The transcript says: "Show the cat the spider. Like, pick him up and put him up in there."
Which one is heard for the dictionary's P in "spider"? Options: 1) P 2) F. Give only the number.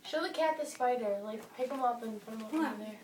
2